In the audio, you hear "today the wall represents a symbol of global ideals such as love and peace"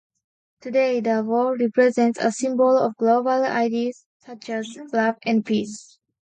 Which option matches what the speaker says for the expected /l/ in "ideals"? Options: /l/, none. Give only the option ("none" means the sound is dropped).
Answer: none